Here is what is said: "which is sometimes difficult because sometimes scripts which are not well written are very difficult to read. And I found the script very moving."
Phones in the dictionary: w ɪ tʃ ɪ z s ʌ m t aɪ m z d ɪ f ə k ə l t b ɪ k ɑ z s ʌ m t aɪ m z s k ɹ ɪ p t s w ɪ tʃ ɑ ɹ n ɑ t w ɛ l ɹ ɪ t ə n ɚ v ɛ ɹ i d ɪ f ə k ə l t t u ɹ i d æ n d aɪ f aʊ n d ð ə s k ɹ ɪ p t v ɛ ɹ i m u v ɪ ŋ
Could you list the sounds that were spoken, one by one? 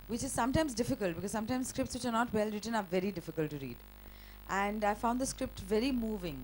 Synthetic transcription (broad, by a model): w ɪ tʃ ɪ z s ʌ m t aɪ m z d ɪ f ə k ə l t b ɪ k ɑ z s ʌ m t aɪ m s k ɹ ɪ p t s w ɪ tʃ ɑ ɹ n ɑ t w ɛ l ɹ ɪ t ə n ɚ v ɛ ɹ i d ɪ f ə k ə l t t u ɹ i d æ n d aɪ f aʊ n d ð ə s k ɹ ɪ p t v ɛ ɹ i m u v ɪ ŋ